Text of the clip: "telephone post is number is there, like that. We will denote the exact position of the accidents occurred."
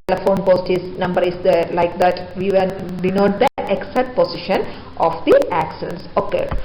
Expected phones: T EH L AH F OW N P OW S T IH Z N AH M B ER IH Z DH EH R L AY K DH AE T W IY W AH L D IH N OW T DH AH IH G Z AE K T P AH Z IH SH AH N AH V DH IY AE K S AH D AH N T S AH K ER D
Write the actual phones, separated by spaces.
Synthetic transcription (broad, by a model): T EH L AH F OW N P OW S T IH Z N AH M B ER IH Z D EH L AY K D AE T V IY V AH N D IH N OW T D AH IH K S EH T P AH S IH SH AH N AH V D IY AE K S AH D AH N S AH K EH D